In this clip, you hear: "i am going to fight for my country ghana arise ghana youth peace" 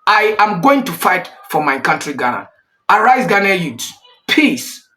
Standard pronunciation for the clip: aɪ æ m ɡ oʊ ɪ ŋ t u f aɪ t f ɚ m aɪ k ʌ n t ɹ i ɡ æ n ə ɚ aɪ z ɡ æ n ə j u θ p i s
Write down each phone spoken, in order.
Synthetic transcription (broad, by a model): aɪ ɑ m ɡ oʊ ɪ ŋ t u f aɪ t f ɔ m aɪ k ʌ n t ɹ i ɡ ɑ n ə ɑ aɪ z ɡ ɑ n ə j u s p i s